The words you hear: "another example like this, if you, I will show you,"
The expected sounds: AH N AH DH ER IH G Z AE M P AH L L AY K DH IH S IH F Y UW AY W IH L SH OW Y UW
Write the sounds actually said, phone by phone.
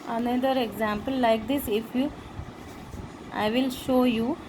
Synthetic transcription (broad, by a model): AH N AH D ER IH G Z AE M P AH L L AY K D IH S IH F Y UW AY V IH L SH OW Y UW